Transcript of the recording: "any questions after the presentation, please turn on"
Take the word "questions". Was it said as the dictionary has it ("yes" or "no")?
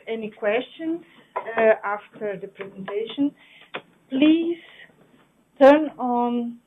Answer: no